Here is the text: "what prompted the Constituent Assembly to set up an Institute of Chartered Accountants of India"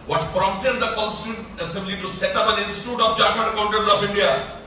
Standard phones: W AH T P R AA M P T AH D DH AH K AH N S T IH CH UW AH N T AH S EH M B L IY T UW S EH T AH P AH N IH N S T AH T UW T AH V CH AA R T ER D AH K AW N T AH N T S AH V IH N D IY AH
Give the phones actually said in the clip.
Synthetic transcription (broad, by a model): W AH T P R AA M P T AH D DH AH K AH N S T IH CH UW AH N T AH S EH M B L IY T UW S EH T AH P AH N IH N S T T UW T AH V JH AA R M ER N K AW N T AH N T AH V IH N D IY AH